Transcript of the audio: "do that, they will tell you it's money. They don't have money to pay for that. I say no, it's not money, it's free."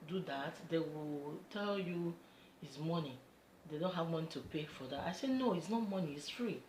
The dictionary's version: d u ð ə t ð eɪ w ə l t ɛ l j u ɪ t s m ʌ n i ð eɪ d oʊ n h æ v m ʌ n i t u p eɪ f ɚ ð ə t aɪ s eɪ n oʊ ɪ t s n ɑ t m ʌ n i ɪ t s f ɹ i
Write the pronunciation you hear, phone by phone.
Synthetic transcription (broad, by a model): d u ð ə t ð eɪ w ə l t ɛ l j u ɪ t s m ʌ n i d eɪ d oʊ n h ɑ v m ʌ n i t u p eɪ f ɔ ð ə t aɪ s eɪ n oʊ ɪ t s n ɑ t m ʌ n i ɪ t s f ɹ i